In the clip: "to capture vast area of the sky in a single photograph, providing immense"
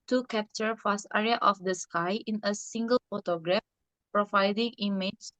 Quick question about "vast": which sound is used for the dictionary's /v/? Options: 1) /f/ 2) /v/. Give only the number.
1